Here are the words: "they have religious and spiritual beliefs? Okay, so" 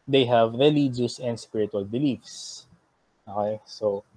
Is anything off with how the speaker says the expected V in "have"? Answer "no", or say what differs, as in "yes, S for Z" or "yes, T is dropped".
no